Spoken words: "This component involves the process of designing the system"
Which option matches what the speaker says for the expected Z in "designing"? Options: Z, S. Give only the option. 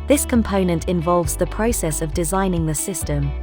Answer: Z